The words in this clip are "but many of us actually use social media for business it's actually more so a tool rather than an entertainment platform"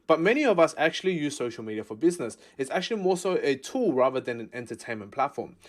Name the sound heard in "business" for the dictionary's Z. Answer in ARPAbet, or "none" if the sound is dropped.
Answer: Z